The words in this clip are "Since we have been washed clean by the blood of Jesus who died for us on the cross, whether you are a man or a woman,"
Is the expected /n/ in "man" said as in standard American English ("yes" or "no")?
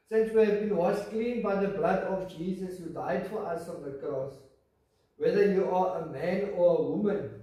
yes